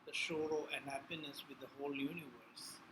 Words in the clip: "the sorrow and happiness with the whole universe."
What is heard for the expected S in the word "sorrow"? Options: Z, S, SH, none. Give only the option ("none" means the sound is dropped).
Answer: SH